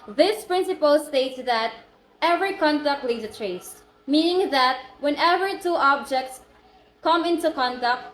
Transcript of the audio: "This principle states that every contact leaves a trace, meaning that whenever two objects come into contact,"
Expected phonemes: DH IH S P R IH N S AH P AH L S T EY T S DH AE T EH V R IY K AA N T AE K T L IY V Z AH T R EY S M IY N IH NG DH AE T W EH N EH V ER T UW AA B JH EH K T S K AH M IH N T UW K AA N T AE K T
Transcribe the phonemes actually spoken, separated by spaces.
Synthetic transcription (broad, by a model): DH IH S P R IH N S AH P AH L S T EY T S DH AE T EH V R IY K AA N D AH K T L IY Z AH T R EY S M IY N IH NG DH AE T W EH N EH V ER T UW AA B JH EH K T S K AH M IH N T UW K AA N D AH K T